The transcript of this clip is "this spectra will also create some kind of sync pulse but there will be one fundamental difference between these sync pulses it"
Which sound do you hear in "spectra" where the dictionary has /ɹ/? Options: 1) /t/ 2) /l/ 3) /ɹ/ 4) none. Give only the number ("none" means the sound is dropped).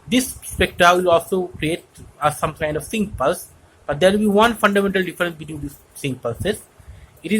4